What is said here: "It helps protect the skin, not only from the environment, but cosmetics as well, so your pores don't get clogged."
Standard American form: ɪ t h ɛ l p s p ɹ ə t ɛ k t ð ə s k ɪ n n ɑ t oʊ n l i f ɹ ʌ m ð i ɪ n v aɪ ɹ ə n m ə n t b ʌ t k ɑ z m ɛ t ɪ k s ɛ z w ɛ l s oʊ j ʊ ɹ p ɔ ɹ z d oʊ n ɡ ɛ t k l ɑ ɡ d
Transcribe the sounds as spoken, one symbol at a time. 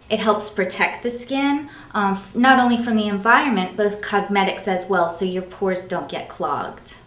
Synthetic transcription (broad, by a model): ɪ t h ɛ l p s p ɹ ə t ɛ k t ð ə s k ɪ n n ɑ t oʊ n l i f ɹ ʌ m ð i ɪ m v aɪ ɹ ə n m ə n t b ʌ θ k ɑ z m ɛ t ɪ k s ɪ z w ɛ l s oʊ j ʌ ɹ p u ɹ z d oʊ n ɡ ɛ t k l ɑ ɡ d